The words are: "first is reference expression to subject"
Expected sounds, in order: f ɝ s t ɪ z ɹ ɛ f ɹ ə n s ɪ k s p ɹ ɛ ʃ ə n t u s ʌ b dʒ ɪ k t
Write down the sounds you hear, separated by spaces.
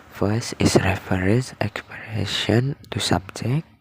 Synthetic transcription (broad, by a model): f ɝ s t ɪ s ɹ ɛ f ɹ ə s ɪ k s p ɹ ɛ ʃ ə n t u s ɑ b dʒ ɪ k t